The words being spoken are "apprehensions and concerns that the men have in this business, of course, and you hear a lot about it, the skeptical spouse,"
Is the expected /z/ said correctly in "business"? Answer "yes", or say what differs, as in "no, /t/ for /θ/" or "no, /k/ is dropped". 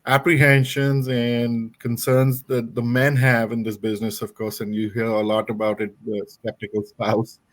yes